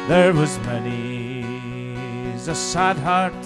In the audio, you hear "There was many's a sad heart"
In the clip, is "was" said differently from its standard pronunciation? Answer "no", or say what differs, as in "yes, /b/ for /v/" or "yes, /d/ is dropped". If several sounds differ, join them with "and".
no